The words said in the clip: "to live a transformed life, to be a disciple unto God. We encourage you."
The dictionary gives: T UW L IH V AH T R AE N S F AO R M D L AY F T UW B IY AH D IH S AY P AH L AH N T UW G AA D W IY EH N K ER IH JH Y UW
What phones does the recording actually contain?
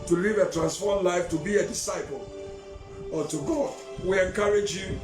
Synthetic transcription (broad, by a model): T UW L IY V AH T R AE N S F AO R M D L AY F T UW B IY AH D IH S AY P AH L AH T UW G AA D W IY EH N K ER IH JH Y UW